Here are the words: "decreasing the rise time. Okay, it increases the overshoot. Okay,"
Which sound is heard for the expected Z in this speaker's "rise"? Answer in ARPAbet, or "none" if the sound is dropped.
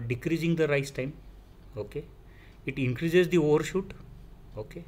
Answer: S